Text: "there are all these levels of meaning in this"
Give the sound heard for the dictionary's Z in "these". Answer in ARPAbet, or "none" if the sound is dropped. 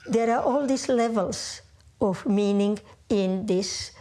S